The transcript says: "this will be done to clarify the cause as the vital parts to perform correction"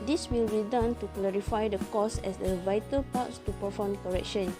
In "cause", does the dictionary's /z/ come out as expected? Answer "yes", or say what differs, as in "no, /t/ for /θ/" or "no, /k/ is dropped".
no, /s/ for /z/